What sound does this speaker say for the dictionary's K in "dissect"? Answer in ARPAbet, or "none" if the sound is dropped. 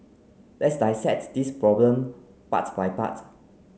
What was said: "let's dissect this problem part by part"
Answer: none